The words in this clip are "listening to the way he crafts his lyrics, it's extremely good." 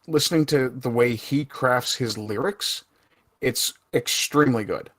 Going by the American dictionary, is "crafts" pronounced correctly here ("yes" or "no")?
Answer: yes